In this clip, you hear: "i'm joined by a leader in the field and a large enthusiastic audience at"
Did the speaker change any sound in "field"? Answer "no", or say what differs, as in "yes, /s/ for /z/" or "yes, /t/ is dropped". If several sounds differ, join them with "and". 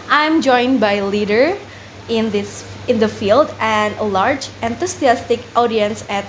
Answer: no